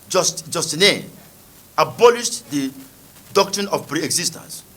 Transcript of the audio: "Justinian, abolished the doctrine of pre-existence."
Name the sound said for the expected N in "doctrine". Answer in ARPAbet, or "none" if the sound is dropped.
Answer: N